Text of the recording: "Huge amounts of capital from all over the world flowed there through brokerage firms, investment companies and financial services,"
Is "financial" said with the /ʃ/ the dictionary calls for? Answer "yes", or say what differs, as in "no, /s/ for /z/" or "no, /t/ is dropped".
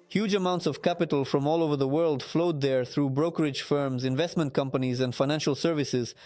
yes